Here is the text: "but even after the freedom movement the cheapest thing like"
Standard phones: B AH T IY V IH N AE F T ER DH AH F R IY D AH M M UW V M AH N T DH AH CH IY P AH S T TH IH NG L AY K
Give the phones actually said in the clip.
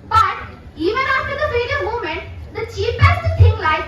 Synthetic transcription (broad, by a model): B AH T IY V IH N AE F T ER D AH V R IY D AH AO M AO M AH N T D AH CH IY P AH S T T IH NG L AY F